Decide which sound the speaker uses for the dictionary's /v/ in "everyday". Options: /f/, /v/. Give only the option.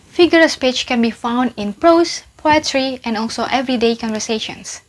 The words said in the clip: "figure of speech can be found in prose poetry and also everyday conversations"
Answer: /v/